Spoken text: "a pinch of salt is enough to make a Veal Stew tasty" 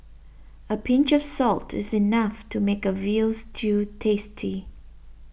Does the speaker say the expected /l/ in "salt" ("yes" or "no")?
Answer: yes